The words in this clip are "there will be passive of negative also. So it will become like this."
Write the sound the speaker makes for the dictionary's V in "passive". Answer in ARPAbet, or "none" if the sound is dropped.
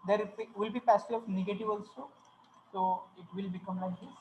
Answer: none